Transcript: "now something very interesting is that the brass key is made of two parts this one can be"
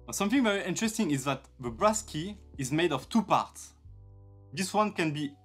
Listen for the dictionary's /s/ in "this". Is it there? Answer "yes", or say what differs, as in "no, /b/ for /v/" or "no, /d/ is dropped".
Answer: yes